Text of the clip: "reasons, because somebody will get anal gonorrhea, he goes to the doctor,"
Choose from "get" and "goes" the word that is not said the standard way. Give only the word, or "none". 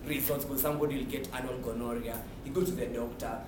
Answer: goes